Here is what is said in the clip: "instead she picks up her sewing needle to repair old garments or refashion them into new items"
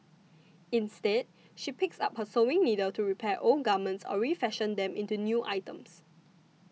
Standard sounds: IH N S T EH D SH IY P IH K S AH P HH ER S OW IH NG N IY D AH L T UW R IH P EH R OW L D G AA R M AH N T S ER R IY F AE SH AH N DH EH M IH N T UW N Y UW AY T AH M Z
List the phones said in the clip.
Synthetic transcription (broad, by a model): IH N S T EH D SH IY P IH K S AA P HH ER S OW IH NG N IY D AH L T UW R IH P EH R OW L G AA M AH N T S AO R IY F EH SH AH N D EH M IH N T UW N Y UW AY T AH M S